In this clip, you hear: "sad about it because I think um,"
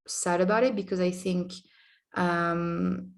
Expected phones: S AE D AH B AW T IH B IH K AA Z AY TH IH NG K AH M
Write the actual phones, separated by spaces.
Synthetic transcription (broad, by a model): S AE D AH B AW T IH B IH K AA Z AY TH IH NG K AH M